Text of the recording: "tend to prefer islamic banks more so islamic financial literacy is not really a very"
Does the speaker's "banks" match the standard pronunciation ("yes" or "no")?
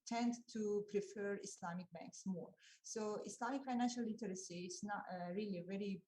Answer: yes